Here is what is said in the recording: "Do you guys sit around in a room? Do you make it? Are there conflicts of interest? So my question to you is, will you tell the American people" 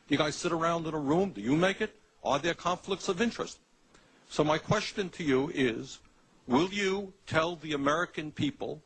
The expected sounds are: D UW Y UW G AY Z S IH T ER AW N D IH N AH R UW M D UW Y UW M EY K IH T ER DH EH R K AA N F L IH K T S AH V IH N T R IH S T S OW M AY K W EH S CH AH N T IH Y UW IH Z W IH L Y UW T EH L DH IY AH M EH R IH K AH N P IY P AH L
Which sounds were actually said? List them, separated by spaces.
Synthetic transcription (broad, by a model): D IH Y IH G AY Z S IH T ER AW N D IH N AH R UW M D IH Y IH M EY K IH T ER DH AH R K AA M F L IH K T S AH V IH N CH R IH S T S OW M AY K W EH S CH AH N T IH Y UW IH Z W IH L Y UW T EH L DH IY AH M EH R IH K AH N P IY P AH L